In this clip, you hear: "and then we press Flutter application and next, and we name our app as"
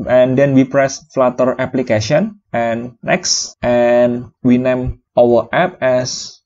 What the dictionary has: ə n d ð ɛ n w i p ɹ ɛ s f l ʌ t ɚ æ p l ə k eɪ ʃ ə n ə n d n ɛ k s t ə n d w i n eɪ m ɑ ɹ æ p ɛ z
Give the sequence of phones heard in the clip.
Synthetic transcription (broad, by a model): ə n d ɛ n w i p ɹ ɛ s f l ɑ t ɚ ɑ p l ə k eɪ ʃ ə ə n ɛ n ɛ k s t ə n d w i n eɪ m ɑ w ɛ p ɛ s